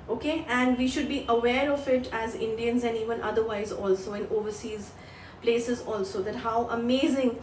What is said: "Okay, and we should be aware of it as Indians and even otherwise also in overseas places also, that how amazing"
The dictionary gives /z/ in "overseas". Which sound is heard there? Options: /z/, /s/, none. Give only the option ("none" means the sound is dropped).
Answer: /z/